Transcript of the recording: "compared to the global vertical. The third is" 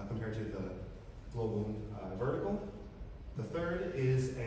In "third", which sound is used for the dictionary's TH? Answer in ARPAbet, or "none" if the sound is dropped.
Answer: TH